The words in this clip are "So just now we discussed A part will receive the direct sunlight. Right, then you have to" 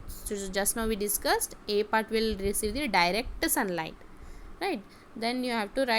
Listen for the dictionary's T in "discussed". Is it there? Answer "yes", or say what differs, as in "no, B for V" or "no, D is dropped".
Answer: yes